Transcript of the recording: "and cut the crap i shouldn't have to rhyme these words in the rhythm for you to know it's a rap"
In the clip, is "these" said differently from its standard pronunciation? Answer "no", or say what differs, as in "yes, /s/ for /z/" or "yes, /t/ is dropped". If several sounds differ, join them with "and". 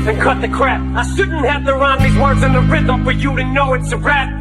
yes, /z/ is dropped